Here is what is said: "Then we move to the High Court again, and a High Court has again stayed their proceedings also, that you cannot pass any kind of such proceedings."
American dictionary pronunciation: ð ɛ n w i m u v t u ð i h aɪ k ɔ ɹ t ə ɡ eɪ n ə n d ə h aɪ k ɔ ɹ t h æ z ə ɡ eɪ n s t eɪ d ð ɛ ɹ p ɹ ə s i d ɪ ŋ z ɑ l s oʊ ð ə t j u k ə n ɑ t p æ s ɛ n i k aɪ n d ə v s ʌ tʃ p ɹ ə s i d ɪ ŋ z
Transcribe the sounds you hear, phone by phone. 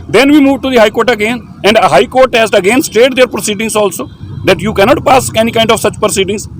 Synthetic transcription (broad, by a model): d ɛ n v i m u v t u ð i h aɪ k ɔ ɹ t ə ɡ eɪ n ə n d ə h aɪ k ɔ ɹ t h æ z ə ɡ eɪ n s t eɪ d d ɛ ɹ p ɹ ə s i d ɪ ŋ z ɑ l s oʊ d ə t j u k ə n ɑ t p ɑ s ɛ n i k aɪ n d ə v s ʌ tʃ p ɹ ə s i d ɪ ŋ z